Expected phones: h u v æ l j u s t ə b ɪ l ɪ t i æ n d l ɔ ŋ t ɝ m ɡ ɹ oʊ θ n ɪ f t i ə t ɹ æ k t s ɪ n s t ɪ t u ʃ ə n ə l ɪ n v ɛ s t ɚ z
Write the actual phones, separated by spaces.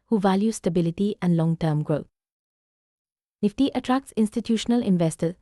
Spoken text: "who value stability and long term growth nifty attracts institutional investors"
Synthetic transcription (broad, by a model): h u v æ l j u s t ə b ɪ l ɪ t i æ n d l ɔ ŋ t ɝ m ɡ ɹ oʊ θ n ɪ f t i ə t ɹ æ k t s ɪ n s t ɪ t u ʃ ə n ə l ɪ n v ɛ s t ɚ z